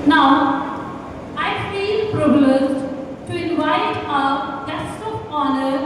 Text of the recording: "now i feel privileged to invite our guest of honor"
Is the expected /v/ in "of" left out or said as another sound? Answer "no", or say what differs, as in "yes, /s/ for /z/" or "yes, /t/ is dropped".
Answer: yes, /p/ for /v/